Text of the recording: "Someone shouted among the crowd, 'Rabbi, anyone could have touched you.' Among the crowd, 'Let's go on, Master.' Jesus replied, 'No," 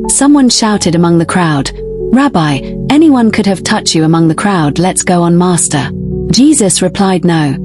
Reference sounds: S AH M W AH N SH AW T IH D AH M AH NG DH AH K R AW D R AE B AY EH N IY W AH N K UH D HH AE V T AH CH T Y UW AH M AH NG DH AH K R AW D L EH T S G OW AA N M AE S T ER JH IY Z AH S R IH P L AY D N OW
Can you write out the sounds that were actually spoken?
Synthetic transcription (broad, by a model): S AH M W AH N SH AW T IH D AH M AH NG DH AH K R AW D R AE B AY EH N IY W AH N K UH D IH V T AH CH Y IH AH M AH NG DH AH K R AW D L EH T S G OW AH N M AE S T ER JH IY Z AH S R IH P L AY D N OW